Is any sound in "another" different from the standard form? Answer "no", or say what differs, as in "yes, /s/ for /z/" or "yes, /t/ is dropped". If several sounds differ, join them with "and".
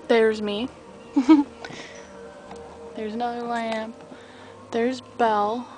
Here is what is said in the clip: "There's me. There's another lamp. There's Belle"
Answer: yes, /ð/ is dropped